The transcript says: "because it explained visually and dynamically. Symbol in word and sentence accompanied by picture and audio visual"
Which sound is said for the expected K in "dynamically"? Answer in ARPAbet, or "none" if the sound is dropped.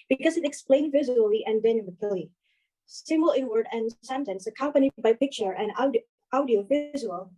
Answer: none